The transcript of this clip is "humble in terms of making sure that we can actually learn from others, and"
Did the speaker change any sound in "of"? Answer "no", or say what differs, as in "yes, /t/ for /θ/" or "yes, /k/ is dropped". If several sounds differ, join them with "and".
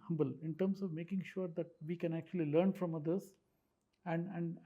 no